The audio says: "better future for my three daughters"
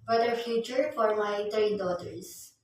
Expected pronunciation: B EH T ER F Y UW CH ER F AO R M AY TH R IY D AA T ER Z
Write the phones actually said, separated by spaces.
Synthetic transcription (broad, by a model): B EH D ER F Y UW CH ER F AO R M AY T R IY D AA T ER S